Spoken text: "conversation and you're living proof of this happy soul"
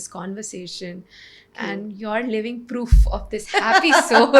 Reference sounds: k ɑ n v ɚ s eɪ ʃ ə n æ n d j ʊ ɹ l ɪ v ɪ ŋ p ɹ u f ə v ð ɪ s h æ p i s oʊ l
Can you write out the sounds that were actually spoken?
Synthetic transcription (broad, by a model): k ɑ n v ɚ s eɪ ʃ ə n æ n d j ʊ ɹ l ɪ v ɪ ŋ p ɹ u f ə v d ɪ s h æ p i s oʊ